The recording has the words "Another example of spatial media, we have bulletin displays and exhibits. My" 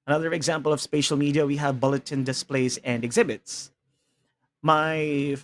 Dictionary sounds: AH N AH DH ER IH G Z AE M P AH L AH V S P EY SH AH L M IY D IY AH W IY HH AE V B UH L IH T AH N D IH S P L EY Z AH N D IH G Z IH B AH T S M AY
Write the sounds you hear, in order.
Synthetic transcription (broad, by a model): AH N AH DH ER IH G Z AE M P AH L AH V S P EY SH AH L M IY D IY AH W IY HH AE V B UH L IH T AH N D IH S P L EY Z AH N D IH G Z IH B AH T S M AY